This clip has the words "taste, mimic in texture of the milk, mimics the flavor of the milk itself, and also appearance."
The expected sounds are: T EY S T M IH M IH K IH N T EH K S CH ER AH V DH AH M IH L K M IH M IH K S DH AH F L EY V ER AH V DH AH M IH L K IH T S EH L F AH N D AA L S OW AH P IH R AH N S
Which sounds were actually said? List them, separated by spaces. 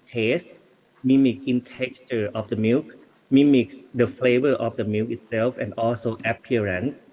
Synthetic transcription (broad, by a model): T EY S T M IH M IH K IH N T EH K CH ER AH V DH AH M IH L K M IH M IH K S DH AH F L EY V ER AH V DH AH M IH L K IH T S EH L F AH N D AA L S OW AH P R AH N S